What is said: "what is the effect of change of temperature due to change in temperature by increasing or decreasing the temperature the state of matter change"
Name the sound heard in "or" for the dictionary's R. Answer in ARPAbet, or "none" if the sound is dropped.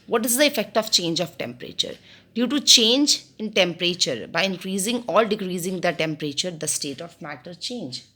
L